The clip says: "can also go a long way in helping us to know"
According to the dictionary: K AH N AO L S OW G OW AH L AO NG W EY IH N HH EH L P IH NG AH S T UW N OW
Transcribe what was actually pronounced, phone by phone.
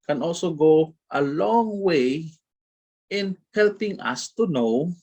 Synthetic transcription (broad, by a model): K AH N AO L S OW G OW AH L AO NG W EY IH N HH EH L P IH NG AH S T UW N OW